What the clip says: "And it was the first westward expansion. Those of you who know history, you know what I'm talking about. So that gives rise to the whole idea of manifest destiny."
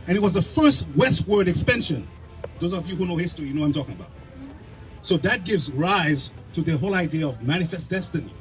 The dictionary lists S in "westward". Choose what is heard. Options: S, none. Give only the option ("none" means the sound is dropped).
S